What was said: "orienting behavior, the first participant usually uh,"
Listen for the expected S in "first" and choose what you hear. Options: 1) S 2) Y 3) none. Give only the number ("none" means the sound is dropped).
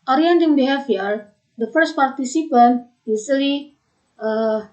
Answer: 1